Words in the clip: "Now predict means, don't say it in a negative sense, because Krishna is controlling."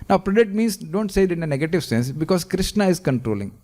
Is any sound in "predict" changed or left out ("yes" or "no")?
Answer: yes